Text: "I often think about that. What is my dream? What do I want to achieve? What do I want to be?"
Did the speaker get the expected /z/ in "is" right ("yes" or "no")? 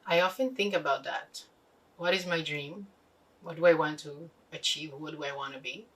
yes